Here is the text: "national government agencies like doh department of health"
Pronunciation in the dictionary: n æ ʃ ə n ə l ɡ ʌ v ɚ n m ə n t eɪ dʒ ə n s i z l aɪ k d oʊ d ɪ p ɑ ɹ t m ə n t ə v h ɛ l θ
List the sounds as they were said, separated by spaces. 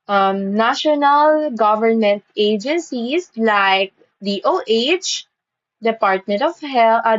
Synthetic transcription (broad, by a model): n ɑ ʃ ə n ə l ɡ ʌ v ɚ n m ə n t eɪ dʒ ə n s i s l aɪ k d oʊ d ɪ p ɑ ɹ t m ə n t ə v h ɛ l